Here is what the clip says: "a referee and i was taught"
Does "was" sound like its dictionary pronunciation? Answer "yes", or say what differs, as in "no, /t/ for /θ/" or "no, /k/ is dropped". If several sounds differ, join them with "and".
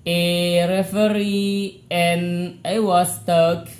no, /s/ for /z/